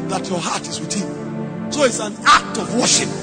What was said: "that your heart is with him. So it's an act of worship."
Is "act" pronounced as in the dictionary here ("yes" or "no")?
yes